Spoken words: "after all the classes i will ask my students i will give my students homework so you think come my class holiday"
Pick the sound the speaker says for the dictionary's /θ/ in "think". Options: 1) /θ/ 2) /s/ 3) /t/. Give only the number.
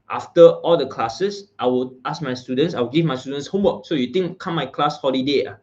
3